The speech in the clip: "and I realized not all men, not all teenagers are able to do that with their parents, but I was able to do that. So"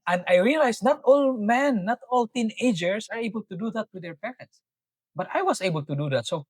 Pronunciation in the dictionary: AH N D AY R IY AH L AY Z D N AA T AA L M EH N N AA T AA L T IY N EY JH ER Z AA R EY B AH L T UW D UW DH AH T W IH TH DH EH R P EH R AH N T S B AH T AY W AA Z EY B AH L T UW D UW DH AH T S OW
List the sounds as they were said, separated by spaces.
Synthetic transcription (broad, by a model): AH N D AY R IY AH L AY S N AA T AA L M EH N N AA T AA L T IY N EY JH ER S AA R EY B AH L T UW D UW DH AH T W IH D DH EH R P EH R AH N T S B AH T AY W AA S EY B AH L T UW D UW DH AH T S OW